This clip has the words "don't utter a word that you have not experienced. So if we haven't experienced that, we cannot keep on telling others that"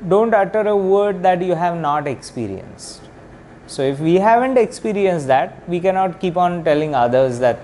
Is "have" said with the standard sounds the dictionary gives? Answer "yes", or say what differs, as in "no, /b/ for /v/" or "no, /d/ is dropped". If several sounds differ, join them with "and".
yes